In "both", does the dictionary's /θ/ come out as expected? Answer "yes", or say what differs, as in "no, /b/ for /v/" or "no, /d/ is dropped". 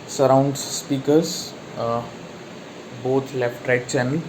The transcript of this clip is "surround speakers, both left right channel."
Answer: no, /t/ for /θ/